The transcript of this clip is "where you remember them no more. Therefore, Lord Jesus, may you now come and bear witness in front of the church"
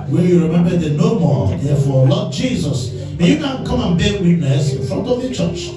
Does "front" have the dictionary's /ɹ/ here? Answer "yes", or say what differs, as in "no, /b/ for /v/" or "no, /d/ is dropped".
yes